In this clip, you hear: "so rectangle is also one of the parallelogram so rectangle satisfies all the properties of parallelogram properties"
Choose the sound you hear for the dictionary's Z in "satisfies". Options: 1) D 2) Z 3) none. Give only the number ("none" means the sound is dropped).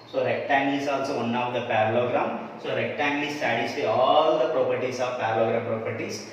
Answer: 3